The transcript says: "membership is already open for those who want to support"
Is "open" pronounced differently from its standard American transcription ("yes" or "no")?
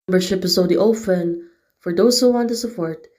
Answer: yes